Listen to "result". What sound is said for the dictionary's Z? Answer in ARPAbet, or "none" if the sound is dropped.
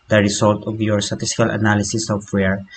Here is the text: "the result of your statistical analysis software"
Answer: S